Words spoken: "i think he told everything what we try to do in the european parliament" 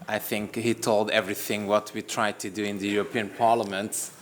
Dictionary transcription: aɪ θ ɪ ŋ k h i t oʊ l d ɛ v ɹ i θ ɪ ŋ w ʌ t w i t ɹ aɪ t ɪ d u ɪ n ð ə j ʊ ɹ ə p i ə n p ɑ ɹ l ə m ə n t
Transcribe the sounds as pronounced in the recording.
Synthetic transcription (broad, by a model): aɪ θ ɪ ŋ k h i t oʊ l d ɛ v ɹ i θ ɪ ŋ w ʌ t w i t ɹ aɪ t ɪ d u ɪ n ð ə j ʊ ɹ ə p i ə n p ɑ ɹ l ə m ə n t